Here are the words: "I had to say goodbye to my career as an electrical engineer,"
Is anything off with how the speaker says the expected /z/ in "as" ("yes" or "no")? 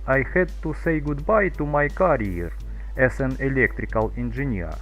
yes